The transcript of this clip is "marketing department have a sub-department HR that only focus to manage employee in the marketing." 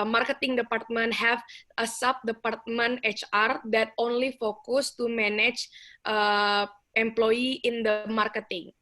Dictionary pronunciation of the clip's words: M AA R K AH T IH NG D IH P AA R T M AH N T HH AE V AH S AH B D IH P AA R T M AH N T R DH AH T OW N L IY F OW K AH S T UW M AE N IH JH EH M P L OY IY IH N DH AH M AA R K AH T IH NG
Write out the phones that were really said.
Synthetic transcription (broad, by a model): M AA R K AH T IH NG D IH P AA R T M AH N T HH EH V AH S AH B D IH P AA R T M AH N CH R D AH T OW N L IY F OW K AH S T UW M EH N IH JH EH M P L OY IY IH N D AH M AA R K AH T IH NG